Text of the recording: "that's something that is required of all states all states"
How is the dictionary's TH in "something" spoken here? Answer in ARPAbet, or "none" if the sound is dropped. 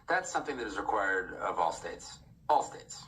TH